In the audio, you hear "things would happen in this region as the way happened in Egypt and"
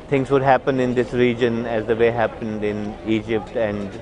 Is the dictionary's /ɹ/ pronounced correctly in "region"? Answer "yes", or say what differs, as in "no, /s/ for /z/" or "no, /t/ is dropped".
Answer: yes